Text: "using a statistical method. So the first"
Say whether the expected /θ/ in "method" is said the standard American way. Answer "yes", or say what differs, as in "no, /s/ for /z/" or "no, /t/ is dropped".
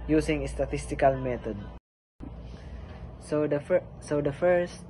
no, /s/ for /θ/